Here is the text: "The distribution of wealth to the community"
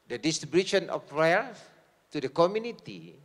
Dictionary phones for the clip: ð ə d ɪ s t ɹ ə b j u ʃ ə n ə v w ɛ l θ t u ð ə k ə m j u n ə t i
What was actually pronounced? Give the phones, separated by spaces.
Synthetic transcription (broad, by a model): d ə d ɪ s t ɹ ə b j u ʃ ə n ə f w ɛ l f t u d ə k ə m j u n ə t i